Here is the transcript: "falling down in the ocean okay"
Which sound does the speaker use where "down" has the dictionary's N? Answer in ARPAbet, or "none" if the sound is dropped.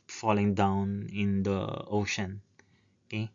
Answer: N